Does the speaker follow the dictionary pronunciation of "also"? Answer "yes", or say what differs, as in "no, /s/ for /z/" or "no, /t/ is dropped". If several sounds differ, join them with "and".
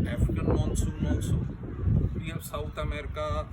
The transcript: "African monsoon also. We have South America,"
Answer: no, /n/ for /l/